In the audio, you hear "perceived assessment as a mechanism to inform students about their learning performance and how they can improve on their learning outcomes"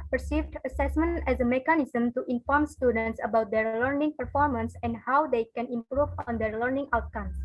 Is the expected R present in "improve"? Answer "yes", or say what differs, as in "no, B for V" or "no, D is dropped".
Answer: yes